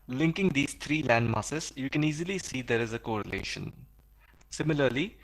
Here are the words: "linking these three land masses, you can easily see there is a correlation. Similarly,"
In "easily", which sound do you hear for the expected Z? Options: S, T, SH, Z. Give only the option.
Z